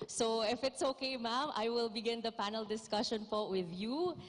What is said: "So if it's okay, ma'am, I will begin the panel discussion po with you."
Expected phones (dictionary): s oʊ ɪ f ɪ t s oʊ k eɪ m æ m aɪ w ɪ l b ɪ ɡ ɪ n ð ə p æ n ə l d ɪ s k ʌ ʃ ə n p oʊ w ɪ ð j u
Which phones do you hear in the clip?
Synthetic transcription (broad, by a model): s oʊ ɪ f ɪ t s oʊ k eɪ m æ m aɪ w ɪ l b ɪ ɡ ɪ n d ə p æ n ə l d ɪ s k ʌ ʃ ə n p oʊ w ɪ ð j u